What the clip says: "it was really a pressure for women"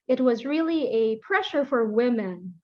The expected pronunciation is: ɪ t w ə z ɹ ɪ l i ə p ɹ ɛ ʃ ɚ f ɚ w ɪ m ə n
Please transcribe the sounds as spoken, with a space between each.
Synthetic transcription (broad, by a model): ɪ t w ə z ɹ ɪ l i ə p ɹ ɛ ʃ ɚ f ɚ w ɪ m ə n